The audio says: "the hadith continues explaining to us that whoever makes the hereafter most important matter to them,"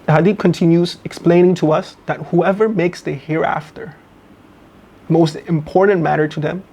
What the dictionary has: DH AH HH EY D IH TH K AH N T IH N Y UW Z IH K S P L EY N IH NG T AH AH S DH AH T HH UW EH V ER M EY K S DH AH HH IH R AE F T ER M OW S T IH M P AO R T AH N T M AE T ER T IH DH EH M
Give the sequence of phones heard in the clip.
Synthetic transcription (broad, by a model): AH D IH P K AH N T IH N Y UW Z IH K S P L EY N IH NG T AH AH S DH AH T HH UW EH V ER M EY K S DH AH HH IH R AE F T ER M OW S T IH M P AO R T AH N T M AE T ER T IH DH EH M